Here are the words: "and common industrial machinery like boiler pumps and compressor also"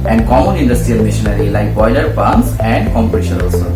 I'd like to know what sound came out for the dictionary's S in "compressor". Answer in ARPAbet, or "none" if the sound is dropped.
SH